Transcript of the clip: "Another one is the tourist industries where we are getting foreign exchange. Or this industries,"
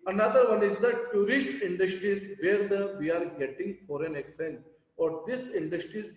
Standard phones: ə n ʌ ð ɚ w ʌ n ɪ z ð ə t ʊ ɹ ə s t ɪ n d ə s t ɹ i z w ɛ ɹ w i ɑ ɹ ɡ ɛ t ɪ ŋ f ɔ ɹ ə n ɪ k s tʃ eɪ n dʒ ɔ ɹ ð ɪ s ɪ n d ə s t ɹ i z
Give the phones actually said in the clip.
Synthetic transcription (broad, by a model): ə n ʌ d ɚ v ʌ n ɪ z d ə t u ɹ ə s t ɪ n d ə s t ɹ i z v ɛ ɹ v i ɑ ɹ ɡ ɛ t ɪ ŋ f ɔ ɹ ə n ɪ k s eɪ n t ɔ ɹ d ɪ s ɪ n d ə s t ɹ i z